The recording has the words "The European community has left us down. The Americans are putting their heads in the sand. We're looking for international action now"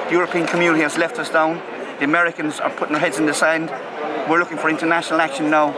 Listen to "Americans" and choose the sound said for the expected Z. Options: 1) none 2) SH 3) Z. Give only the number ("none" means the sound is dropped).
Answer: 3